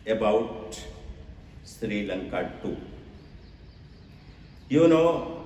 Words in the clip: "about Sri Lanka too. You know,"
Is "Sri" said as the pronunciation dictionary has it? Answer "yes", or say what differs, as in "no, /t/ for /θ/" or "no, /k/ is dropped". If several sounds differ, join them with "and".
yes